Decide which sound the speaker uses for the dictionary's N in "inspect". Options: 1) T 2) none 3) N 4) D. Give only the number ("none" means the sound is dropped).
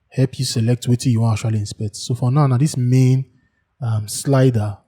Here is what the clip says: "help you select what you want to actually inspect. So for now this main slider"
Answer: 3